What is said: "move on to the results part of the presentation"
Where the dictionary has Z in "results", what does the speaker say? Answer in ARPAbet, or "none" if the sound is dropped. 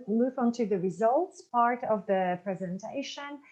Z